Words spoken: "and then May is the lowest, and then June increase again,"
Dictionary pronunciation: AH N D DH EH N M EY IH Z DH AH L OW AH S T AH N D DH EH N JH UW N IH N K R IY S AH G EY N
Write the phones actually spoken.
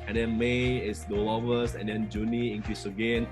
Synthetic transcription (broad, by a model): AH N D EH N M EY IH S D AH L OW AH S AH N D EH N JH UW N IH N K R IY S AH G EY N